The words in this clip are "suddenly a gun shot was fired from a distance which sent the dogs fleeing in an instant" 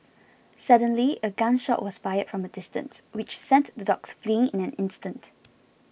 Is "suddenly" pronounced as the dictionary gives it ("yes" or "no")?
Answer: yes